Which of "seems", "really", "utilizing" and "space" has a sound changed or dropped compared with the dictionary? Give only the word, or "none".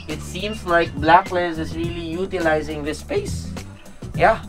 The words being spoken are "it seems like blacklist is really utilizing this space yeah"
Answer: none